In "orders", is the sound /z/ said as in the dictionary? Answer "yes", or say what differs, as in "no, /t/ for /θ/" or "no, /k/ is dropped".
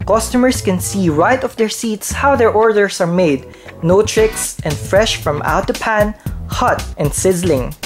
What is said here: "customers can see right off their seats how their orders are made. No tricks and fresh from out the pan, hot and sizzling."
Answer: no, /s/ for /z/